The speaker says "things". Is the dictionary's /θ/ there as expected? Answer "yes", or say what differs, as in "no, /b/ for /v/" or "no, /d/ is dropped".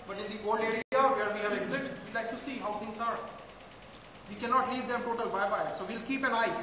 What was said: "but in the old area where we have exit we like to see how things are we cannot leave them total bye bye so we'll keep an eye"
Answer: no, /t/ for /θ/